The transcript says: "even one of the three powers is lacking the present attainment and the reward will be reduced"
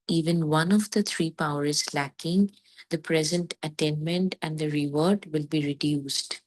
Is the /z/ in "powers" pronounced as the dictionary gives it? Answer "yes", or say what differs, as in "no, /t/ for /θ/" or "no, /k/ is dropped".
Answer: no, /z/ is dropped